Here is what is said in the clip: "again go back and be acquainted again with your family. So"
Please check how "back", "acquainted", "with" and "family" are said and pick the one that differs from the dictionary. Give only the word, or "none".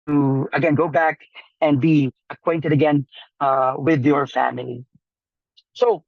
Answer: none